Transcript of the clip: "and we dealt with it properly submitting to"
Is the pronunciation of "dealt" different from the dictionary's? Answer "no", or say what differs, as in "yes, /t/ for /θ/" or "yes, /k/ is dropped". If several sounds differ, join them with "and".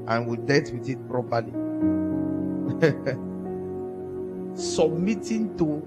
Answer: yes, /l/ is dropped